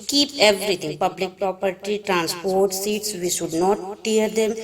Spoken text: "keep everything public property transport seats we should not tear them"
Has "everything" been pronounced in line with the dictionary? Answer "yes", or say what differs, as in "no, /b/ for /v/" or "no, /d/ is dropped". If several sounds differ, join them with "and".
no, /t/ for /θ/